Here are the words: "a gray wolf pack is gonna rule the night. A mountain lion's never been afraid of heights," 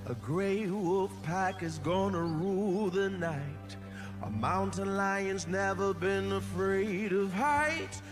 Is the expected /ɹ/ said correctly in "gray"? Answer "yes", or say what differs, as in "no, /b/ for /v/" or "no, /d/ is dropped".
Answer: yes